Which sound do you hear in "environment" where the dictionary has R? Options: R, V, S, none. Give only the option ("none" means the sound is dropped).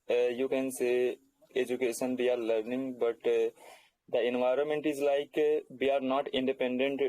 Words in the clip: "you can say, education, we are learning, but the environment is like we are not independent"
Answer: R